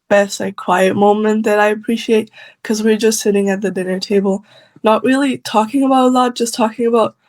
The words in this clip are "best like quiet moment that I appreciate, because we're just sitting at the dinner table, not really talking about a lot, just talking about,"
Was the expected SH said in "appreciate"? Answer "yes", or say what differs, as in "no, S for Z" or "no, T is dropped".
yes